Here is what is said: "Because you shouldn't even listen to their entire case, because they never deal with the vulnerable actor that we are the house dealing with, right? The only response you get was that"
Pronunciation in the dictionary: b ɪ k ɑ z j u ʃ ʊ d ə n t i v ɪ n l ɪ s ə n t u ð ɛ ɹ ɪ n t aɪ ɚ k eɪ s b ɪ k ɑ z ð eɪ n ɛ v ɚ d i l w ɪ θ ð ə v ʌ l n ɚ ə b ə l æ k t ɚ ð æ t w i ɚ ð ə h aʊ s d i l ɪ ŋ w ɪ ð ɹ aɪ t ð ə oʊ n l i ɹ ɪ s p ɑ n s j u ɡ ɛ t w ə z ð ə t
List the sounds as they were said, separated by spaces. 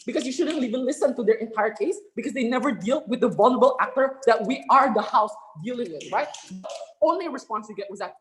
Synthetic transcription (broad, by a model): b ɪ k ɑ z j u ʃ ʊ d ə n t i v ɪ n l ɪ s ə n t u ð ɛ ɹ ɪ n t aɪ ɚ k eɪ s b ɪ k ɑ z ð eɪ n ɛ v ɚ d i l w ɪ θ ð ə v ʌ l n ɚ ə b ə l æ k t ɚ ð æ t w i ɚ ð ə h aʊ s d i l ɪ ŋ w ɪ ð ɹ aɪ t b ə oʊ n l i ɹ ɪ s p ɑ n s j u ɡ ɛ t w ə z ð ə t